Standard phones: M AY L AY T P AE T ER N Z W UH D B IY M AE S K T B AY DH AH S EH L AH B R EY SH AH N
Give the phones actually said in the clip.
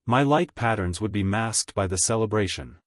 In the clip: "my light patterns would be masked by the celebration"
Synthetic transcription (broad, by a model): M AY L AY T P AE T ER N Z W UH D B IY M AE S K T B AY DH AH S EH L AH B R EY SH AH N